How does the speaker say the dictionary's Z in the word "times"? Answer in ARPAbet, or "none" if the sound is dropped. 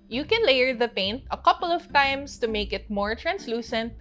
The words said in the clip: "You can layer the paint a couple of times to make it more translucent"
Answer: S